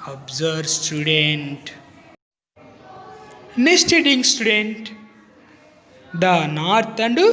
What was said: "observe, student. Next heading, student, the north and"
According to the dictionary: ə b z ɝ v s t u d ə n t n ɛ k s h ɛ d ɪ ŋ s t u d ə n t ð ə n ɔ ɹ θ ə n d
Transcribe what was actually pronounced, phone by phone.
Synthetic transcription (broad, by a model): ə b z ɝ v s t u d ə n t n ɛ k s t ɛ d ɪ ŋ s t u d ə n t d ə n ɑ ɹ t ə n d